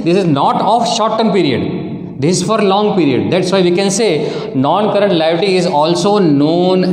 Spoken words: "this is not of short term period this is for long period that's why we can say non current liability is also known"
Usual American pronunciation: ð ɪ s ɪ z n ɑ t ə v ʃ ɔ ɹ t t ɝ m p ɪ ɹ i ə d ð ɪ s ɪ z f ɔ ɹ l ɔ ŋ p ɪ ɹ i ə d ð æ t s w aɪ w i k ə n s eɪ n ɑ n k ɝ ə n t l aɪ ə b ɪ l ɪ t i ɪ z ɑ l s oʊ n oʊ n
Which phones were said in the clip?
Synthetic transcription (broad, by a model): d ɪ s ɪ z n ɑ t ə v ʃ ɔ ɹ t t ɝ m p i ɹ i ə d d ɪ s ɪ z f ɔ ɹ l ɔ ŋ p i ɹ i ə d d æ t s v aɪ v i k ə n s eɪ n ɑ n k ɝ ə n t l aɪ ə ɪ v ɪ t i ɪ z ɑ l s oʊ n oʊ n